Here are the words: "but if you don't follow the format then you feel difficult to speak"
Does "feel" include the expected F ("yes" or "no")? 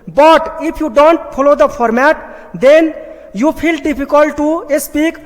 no